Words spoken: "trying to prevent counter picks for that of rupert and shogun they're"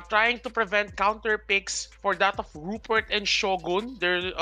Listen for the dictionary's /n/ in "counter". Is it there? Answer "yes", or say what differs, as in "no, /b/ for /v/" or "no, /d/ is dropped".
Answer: yes